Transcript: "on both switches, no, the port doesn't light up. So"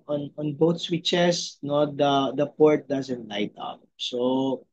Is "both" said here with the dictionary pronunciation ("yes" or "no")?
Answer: no